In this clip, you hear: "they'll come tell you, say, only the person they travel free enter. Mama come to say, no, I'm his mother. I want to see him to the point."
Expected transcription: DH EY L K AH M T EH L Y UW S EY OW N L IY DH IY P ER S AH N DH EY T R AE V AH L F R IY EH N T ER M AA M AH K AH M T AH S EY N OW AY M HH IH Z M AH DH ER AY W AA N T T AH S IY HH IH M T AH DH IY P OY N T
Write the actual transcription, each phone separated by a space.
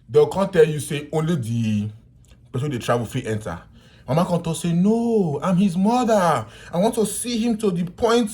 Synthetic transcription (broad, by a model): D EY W K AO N T EH L Y UW S EY OW N L IY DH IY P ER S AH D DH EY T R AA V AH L F IY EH N T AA M AA M AH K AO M T AH S EY N OW AY M HH IH Z M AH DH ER AY W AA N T T AH S IY HH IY M T AH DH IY P OY N T